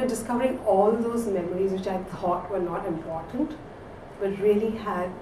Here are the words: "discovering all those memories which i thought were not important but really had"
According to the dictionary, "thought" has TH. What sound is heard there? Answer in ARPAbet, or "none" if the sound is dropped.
T